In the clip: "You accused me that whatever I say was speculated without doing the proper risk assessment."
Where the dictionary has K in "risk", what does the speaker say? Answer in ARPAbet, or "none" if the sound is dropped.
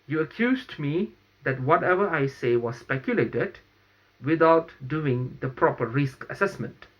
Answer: K